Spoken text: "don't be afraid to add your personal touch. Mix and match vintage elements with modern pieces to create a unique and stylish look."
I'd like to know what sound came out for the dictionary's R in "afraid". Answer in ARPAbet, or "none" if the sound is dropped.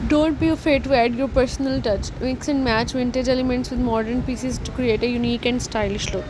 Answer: none